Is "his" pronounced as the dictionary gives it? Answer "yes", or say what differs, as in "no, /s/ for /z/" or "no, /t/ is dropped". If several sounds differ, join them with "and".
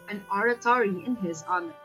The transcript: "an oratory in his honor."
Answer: yes